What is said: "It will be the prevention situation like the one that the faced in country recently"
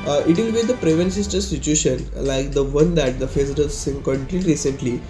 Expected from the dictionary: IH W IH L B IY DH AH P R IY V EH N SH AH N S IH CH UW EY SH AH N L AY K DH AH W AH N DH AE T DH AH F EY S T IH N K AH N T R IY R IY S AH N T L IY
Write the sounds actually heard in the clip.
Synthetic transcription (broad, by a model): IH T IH L B IY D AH P R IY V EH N S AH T S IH CH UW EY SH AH N L AY K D AH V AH N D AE T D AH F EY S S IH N K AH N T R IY R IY S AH N T L IY